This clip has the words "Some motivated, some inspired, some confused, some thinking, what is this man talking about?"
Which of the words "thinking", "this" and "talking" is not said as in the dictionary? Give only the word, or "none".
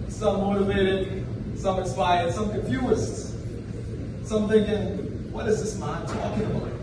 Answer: none